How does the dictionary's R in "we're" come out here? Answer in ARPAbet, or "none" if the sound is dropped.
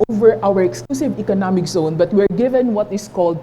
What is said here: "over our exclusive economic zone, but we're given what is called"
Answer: R